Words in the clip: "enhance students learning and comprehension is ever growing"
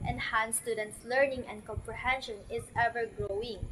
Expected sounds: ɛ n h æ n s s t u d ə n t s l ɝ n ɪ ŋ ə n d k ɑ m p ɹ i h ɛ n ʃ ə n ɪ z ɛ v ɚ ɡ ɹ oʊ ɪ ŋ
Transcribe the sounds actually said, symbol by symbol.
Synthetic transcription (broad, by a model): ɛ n h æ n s s t u d ə n t s l ɝ n ɪ ŋ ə n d k ɑ m p ɹ i h ɛ n ʃ ə n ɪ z ɛ v ɚ ɡ ɹ oʊ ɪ ŋ